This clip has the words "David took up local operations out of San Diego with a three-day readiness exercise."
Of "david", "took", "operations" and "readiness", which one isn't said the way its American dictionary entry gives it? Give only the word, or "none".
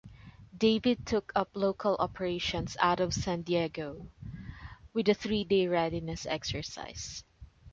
operations